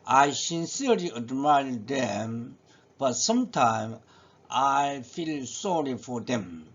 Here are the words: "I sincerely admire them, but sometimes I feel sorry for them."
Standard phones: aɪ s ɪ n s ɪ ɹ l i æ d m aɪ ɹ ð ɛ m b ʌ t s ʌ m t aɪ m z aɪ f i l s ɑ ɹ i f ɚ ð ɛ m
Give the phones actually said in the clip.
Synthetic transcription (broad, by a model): aɪ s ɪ n s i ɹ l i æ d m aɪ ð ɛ m b ʌ t s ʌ m t aɪ m aɪ f i l s ɑ ɹ i f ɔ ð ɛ m